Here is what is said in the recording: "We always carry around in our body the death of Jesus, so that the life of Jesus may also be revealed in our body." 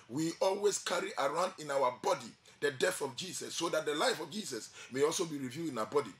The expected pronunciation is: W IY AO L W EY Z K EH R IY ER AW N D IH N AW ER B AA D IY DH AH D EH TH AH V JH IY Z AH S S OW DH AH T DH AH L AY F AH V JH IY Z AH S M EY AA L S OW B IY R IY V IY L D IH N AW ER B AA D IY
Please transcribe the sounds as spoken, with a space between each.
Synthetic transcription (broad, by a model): W IY AO L W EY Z K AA R IY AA AW N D IH N AW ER B AA D IY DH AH D EH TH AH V JH IY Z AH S S OW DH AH T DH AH L AY F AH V JH IY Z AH S M EY AA L S OW B IY R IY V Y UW IH N AW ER B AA D IY